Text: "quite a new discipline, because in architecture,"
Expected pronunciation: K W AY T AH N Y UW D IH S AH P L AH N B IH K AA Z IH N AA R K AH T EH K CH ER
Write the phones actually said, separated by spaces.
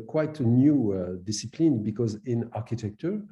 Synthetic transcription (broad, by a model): K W AY T AH N Y UW D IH S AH P L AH N B IH K AA Z IH N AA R K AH T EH K CH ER